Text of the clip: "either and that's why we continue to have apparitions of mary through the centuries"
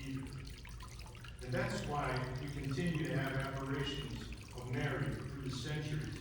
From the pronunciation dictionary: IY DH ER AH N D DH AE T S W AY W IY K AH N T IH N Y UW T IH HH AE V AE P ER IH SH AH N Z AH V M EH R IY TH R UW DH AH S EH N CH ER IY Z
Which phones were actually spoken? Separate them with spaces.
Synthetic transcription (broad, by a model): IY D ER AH N DH AE T S W AY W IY K AH N T IH N Y UW T IH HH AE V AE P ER IH SH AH N Z AH V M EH R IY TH R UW DH AH S EH N CH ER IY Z